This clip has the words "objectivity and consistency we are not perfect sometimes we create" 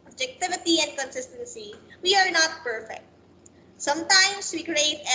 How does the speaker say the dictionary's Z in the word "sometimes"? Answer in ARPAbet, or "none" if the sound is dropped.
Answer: S